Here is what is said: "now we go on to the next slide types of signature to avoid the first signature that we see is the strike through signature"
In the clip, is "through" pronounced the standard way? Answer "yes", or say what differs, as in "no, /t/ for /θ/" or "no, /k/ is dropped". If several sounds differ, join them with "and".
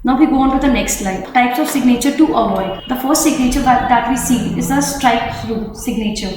no, /s/ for /θ/